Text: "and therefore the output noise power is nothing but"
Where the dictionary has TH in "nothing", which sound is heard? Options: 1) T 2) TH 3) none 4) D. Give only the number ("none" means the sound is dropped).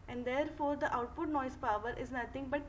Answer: 1